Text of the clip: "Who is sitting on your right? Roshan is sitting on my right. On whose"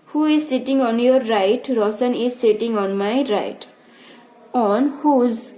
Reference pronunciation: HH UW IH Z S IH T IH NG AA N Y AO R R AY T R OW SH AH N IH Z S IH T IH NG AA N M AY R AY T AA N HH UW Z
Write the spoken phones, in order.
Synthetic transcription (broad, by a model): HH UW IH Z S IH T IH NG AA N Y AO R R AY T R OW S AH N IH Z S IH T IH NG AA N M AY R AY T AA N HH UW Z